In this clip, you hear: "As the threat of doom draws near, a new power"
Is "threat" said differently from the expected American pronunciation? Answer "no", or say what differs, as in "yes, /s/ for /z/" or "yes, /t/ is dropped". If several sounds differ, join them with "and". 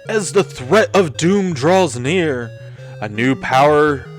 no